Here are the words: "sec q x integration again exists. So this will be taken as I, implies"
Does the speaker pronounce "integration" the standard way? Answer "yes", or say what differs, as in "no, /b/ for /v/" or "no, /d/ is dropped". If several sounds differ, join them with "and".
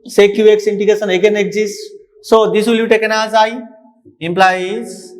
no, /ɹ/ is dropped